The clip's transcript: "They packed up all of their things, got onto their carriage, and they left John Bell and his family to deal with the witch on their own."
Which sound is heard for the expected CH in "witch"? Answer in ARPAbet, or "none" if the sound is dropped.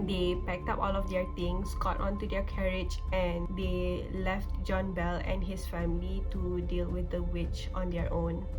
CH